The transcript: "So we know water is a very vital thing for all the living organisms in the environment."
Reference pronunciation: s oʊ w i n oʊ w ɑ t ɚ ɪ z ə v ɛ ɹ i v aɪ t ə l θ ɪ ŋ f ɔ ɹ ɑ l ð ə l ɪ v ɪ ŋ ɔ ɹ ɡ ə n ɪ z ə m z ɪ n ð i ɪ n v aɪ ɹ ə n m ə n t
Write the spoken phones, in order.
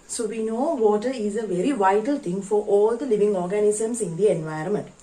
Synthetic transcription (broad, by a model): s oʊ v i n oʊ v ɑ t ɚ ɪ z ə v ɛ ɹ i v aɪ t ə l t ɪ ŋ f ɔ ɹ ɑ l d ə l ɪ v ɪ ŋ ɔ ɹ ɡ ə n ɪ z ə m s ɪ n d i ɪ n v aɪ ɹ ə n m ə n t